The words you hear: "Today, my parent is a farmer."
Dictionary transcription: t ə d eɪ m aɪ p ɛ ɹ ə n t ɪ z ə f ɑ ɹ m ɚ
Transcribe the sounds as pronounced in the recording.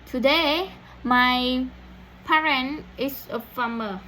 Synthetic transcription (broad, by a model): t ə d eɪ m aɪ p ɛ ɹ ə n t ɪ s ə f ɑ m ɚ